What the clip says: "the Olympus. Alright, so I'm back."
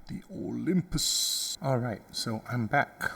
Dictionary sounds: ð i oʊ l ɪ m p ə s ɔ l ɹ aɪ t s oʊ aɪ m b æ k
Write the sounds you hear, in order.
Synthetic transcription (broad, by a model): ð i oʊ l ɪ m p ə s ɔ l ɹ aɪ t s oʊ aɪ m b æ k